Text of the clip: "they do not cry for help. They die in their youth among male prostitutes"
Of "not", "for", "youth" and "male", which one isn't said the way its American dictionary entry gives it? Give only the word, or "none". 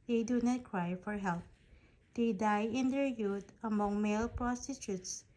youth